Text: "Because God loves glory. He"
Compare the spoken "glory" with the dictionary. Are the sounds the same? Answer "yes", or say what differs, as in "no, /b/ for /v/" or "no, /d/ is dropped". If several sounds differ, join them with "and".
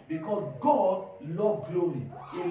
no, /ɹ/ is dropped